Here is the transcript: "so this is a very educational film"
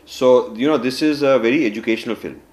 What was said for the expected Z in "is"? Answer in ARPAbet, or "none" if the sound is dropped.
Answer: Z